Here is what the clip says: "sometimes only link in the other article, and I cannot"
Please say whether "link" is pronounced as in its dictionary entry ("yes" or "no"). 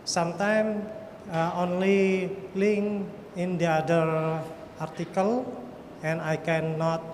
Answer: no